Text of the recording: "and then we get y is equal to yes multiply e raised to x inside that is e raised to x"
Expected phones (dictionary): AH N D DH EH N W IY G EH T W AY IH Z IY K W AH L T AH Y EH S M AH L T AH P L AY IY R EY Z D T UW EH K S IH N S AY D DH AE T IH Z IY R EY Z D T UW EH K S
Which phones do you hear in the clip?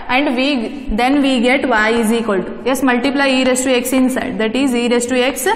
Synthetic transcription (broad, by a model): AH N D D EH N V IY G EH T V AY IH Z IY K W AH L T Y EH S M AH L T AH P L AY IY R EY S T UW EH K S IH N S AY D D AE T IH Z IY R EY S T UW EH K S